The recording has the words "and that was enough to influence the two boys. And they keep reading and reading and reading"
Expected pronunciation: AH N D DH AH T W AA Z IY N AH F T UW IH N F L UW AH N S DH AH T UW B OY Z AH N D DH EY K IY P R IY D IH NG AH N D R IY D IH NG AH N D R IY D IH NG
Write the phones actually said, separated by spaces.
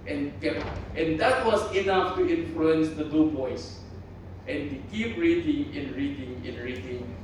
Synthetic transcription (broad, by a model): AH N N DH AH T W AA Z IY N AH F T UW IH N F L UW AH N S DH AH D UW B OY S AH N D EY K IY P R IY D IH NG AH N R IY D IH NG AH N R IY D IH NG